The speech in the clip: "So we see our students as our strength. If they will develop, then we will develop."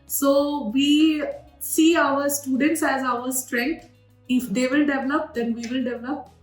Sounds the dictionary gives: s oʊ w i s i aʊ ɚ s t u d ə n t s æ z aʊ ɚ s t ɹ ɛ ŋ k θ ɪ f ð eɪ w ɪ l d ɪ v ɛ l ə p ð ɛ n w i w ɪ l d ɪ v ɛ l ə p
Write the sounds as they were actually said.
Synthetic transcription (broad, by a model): s oʊ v i s i aʊ ɚ s t u d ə n t s æ z aʊ ɚ s t ɹ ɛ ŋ k t ɪ f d eɪ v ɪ l d ɪ v ɛ l ə p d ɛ n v i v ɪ l d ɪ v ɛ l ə p